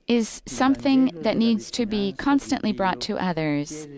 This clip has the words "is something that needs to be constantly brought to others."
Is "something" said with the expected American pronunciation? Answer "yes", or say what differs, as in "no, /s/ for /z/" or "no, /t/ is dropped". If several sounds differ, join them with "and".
yes